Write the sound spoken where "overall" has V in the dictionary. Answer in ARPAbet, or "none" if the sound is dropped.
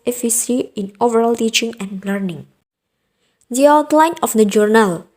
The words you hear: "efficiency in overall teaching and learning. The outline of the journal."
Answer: V